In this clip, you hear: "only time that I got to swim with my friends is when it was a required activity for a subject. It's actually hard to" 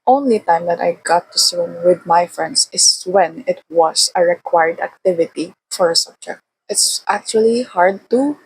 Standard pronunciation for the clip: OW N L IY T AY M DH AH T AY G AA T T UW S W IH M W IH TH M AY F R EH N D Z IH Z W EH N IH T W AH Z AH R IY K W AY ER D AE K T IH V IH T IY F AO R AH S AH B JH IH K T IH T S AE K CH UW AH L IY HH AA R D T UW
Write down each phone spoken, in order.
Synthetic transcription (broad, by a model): OW N L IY T AY M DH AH T AY G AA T T UW S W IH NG W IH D M AY F R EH N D S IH S W EH N IH T W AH S AH R IY K W AY ER D AE K T IH V IH T IY F AO R AH S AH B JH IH K T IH T S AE K CH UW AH L IY HH AA R D T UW